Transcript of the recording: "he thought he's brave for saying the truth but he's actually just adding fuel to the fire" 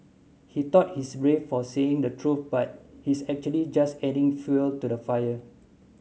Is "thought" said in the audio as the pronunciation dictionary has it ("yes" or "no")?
no